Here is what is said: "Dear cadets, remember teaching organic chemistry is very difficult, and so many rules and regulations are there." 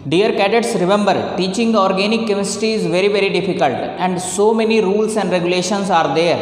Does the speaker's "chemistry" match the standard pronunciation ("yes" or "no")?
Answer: no